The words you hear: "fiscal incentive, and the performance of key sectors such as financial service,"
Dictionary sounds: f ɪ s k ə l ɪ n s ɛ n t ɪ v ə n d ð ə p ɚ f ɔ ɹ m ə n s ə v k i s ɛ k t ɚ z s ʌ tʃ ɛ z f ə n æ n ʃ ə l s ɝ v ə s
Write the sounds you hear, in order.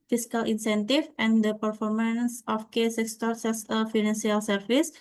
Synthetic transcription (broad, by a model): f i s k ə l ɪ n s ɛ n t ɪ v ə n d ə p ɚ f ɔ ɹ m ə n s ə f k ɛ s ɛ k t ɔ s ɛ s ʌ f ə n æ n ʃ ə l s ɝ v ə s